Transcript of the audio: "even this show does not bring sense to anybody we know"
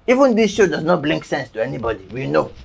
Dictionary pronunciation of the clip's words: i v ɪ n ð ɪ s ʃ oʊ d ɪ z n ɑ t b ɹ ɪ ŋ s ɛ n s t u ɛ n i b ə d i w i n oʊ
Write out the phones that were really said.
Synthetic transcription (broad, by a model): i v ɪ n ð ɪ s ʃ oʊ d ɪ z n ɑ t b l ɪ ŋ s ɛ n s t u ɛ n i b ə d i w i n oʊ